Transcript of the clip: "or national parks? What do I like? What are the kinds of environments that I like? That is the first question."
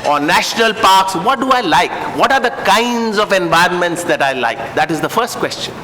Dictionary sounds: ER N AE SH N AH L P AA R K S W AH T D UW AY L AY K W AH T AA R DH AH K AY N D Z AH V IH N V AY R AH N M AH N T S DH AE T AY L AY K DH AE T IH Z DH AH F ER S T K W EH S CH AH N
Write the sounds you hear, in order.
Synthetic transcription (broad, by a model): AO N AE SH N AH L P AA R K S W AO T D UW AY L AY K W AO T AA R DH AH K AY N D Z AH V IH N V AY R AH N M AH N T S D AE T AY L AY K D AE T IH Z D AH F ER S T K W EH S CH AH N